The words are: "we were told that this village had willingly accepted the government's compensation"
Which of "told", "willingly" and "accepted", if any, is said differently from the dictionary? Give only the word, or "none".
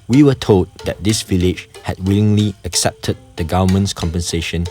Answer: none